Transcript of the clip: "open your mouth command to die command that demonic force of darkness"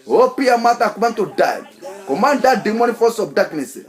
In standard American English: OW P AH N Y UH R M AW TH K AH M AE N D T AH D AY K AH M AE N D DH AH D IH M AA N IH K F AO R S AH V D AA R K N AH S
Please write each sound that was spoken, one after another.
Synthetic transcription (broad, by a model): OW P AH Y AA M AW T K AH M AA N T AH D AY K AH M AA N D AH D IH M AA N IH F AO S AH B D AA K N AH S